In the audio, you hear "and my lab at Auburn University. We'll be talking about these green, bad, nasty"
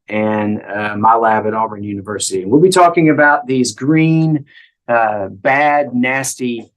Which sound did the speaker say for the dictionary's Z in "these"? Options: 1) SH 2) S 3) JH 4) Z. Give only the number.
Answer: 4